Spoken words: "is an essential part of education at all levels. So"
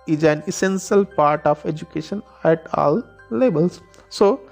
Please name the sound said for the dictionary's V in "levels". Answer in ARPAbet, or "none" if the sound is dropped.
B